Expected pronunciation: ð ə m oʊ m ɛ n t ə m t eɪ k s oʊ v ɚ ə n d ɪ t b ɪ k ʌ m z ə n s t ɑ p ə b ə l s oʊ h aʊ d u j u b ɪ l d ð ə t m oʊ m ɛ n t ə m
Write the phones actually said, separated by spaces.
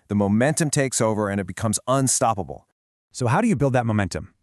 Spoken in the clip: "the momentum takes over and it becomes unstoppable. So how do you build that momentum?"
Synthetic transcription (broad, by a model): ð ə m oʊ m ɛ n t ə m t eɪ k s oʊ v ɚ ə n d ɪ t b ɪ k ʌ m z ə n s t ɑ p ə b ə l s oʊ h aʊ d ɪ j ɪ b ɪ l d ð ə t m oʊ m ɛ n t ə m